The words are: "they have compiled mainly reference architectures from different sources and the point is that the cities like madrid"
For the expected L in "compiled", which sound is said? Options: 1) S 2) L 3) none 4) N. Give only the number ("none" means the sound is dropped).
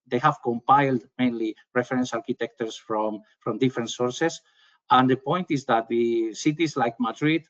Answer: 2